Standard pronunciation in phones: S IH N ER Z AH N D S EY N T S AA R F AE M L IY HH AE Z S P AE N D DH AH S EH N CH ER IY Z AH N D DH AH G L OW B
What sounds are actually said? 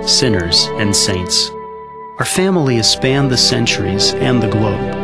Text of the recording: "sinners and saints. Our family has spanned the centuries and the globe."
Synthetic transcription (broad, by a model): S IH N ER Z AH N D S EY N T S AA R F AE M L IY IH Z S P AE N DH AH S EH N CH ER IY Z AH N DH AH G L OW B